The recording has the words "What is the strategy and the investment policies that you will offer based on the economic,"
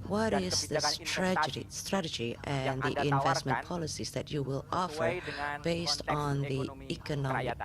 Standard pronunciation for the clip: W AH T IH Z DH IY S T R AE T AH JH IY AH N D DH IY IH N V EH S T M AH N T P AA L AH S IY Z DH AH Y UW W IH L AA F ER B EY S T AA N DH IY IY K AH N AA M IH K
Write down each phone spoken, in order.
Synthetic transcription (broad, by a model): W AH T IH Z DH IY S T R AE T AH JH IY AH N DH IY IH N V EH S T M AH N P AA L AH S IY Z DH AH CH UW W IH L AA F ER B EY S T N DH IY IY K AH N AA M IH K